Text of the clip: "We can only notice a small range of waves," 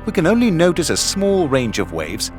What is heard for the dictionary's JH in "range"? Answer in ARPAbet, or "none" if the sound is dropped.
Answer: JH